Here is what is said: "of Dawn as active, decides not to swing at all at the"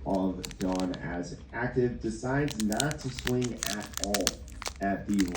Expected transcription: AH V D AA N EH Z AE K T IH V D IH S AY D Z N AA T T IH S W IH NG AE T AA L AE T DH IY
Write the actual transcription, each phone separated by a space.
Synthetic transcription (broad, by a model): AH V D AA N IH Z AE K T IH V D IH S AY D Z N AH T T IH S W IH NG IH T AA L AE T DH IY